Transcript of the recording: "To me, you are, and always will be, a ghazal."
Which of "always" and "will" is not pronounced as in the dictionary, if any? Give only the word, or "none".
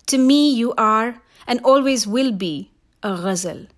none